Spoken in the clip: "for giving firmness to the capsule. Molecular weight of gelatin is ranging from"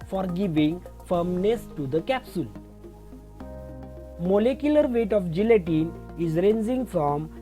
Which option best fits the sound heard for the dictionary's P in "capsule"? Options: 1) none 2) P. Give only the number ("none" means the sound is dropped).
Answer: 2